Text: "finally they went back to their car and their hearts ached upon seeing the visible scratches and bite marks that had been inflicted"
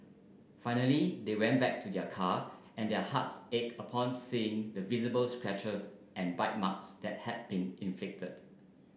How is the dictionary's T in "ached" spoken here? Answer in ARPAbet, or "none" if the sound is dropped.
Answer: none